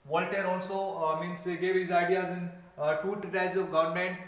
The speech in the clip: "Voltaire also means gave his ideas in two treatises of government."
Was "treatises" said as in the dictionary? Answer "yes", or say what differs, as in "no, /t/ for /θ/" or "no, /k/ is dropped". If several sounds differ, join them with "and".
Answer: no, /s/ is dropped